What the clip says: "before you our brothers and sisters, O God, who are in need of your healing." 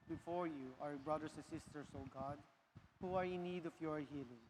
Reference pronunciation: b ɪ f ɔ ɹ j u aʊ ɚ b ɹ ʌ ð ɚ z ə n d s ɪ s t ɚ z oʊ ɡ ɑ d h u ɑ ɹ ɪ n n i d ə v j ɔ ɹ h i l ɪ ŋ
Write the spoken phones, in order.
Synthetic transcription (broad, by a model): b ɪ f ɔ ɹ j u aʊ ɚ b ɹ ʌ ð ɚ s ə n s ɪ s t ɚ s oʊ ɡ ɑ d h u ɑ ɹ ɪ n n i d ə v j ɔ ɹ h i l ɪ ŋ